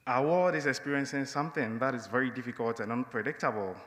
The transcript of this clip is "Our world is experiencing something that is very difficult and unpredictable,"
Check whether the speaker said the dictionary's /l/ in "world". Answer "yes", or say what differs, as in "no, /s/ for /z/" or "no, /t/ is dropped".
no, /l/ is dropped